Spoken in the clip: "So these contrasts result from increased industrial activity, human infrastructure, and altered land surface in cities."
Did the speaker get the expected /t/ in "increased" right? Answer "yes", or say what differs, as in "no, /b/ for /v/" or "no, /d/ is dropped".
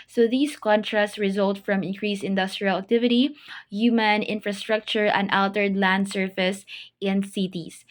no, /t/ is dropped